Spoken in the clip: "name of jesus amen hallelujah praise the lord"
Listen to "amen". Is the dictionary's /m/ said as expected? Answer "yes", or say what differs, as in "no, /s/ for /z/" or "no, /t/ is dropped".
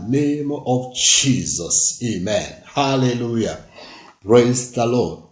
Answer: yes